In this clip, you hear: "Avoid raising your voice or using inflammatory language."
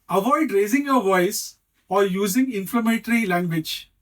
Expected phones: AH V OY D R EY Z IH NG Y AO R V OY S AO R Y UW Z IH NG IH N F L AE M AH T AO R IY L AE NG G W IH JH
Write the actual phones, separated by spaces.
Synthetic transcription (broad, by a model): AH V OY D R EY Z IH NG Y AO R V OY S AO R Y UW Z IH NG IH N F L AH M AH T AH R IY L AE NG G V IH JH